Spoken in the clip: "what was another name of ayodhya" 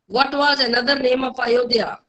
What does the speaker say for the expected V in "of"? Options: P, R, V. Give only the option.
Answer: P